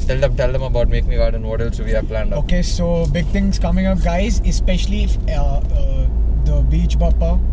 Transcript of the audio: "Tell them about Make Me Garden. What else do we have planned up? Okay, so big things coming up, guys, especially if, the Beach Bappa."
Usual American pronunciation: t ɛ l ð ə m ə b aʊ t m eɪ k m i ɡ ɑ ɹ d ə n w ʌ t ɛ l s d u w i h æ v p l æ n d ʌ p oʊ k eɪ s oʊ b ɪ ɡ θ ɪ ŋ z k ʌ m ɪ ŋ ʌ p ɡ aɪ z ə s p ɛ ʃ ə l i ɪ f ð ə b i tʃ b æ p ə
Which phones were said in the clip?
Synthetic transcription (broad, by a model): t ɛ l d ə m ə b aʊ t m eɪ k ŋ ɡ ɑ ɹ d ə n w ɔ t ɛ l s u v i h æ p l æ n d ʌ oʊ k eɪ s oʊ b ɪ ɡ t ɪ ŋ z k ʌ m ɪ ŋ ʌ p ɡ aɪ z ə s p ɛ ʃ ə l i ɪ f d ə b i tʃ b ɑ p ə